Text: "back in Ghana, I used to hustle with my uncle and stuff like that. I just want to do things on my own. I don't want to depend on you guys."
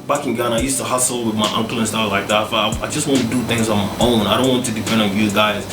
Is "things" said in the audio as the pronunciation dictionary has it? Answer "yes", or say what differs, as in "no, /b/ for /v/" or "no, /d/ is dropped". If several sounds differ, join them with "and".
yes